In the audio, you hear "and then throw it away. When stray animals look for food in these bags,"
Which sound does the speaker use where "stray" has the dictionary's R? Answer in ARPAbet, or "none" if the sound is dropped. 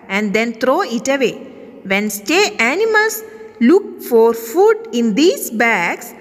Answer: none